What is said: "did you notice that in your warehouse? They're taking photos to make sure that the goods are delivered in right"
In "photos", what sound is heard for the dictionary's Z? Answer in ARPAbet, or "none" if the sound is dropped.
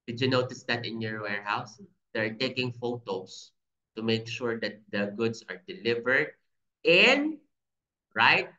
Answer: S